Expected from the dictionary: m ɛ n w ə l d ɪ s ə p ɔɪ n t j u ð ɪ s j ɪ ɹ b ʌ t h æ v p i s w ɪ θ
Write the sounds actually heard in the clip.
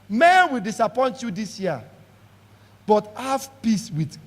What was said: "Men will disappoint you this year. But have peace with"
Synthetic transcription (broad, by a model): m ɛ n w ə l d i s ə p ɔɪ n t j u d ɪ s j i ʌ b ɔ t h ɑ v p i s w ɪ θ